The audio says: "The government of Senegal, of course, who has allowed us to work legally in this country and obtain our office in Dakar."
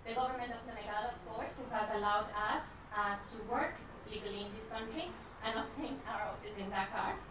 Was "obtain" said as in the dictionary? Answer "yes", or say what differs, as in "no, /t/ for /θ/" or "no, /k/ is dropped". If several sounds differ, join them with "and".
no, /b/ is dropped